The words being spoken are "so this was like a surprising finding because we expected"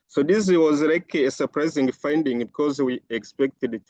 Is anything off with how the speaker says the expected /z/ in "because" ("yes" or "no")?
no